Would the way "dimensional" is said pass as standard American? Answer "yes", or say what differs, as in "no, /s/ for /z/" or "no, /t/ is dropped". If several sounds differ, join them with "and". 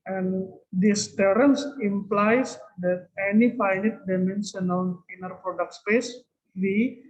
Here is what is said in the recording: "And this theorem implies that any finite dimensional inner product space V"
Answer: no, /n/ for /l/